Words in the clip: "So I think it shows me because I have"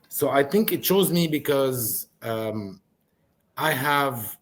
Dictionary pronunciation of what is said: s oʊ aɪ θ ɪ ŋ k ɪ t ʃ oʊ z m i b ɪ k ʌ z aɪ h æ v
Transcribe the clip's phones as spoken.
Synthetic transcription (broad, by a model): s oʊ aɪ θ ɪ ŋ k ɪ t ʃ oʊ z m i b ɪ k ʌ z aɪ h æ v